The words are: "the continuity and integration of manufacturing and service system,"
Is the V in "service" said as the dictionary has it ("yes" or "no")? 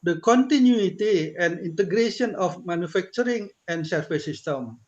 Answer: no